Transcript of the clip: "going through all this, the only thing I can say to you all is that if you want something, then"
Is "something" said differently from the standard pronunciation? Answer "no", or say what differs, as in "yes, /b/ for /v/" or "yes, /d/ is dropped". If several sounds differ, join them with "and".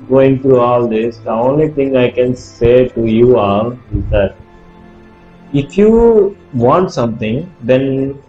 yes, /t/ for /θ/